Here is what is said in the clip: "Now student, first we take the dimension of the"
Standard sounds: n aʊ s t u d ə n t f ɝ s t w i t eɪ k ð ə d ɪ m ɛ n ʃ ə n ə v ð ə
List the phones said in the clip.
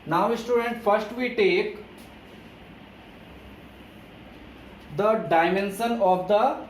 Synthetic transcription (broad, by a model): n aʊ s t u d ə n t f ɝ s t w i t eɪ k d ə d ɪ m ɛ n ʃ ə n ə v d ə